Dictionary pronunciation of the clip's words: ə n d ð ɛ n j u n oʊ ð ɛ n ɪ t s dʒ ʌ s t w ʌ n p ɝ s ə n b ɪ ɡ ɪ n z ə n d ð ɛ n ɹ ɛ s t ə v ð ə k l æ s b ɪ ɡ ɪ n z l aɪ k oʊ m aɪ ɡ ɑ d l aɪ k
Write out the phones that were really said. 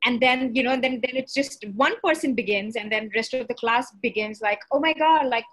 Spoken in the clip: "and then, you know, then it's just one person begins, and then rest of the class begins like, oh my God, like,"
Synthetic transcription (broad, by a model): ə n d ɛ n j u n oʊ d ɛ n ɪ t s dʒ ʌ s t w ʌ n p ɝ s ə n b ɪ ɡ ɪ n z ə n d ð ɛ n ɹ ɛ s t ə v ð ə k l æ s b ɪ ɡ ɪ n z l aɪ k oʊ m aɪ ɡ ɑ d l aɪ k